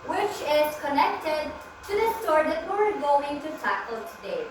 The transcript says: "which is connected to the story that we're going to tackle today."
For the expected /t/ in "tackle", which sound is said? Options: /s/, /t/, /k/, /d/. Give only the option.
/s/